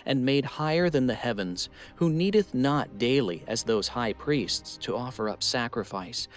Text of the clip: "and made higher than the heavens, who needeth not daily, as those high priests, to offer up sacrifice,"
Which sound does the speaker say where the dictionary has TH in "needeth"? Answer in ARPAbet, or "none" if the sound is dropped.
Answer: TH